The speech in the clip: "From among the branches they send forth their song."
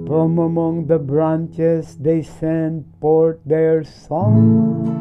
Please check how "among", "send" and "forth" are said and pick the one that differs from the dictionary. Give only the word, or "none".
forth